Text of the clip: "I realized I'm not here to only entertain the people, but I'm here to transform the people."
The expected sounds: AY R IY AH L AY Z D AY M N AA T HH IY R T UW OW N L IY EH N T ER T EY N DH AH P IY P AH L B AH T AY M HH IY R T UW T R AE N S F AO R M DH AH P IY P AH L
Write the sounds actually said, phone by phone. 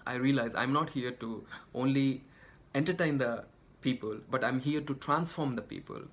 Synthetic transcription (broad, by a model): AY R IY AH L AY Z AY M N AA T HH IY R T UW OW N L IY EH N T ER T EY N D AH P IY P AH L B AH T AY M HH IY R T UW T R AE N S F AO R M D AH P IY P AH L